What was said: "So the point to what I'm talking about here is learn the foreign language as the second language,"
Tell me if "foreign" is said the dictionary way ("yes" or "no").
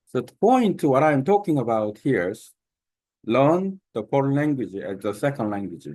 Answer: no